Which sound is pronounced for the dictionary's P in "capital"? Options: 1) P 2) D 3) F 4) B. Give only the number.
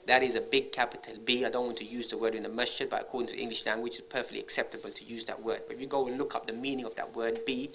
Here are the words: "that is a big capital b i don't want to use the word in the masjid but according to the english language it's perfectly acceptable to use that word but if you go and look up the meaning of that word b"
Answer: 1